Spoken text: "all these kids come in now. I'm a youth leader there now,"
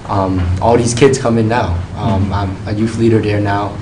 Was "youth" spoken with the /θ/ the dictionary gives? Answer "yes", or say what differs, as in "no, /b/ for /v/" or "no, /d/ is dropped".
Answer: no, /f/ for /θ/